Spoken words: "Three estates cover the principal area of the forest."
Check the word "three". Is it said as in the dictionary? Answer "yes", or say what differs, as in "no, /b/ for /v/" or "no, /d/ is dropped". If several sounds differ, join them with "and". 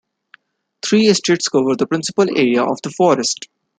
no, /t/ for /θ/